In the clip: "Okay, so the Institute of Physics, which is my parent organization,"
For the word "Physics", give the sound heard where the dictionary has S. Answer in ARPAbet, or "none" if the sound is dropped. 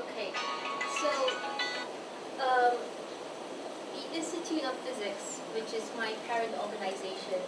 S